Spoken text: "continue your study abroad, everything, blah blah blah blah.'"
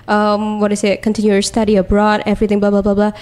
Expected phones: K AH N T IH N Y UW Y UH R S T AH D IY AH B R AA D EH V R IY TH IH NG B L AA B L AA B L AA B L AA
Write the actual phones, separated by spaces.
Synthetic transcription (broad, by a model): K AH N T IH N Y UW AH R S T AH D IY AH B R AA D EH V R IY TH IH NG B L AA B L AA B L AA B L AA